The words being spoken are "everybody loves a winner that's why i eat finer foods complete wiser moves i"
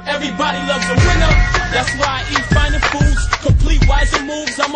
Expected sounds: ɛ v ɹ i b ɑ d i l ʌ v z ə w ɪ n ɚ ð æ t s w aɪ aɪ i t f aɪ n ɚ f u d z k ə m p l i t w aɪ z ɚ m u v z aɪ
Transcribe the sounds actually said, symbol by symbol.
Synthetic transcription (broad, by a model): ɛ v ɹ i b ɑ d i l ʌ v z ə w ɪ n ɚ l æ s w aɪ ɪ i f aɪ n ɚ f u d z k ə p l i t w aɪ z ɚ m u v z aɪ